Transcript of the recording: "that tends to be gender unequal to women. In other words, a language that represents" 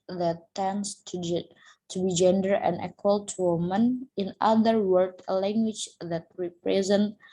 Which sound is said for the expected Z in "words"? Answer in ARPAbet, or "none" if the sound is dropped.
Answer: none